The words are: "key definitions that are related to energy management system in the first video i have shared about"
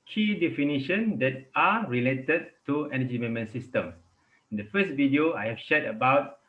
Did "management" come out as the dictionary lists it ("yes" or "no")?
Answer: no